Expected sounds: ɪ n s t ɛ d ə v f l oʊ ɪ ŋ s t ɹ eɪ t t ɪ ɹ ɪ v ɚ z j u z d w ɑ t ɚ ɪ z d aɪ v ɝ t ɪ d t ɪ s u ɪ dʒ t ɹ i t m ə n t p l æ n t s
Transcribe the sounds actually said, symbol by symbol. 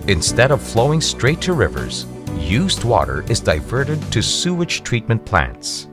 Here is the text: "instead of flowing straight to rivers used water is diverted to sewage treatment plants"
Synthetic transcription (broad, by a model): ɪ n s t ɛ d ə v f l oʊ ɪ ŋ s t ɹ eɪ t t ɪ ɹ ɪ v ɚ z j u z d w ɑ t ɚ ɪ z d aɪ v ɝ t ɪ d t ɪ s u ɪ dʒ t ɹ i t m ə n p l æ n t s